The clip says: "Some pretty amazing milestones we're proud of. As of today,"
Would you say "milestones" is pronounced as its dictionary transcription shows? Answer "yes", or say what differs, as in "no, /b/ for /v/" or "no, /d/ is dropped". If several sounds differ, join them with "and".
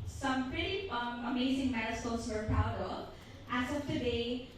no, /l/ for /n/